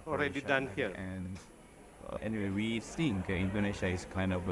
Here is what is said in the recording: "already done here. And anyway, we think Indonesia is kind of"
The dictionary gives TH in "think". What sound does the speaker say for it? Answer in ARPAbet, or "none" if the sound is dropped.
S